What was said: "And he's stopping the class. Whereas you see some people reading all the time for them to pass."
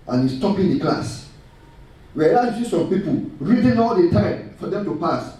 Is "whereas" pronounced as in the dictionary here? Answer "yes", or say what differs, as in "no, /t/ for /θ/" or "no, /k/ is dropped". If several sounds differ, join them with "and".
no, /ɹ/ is dropped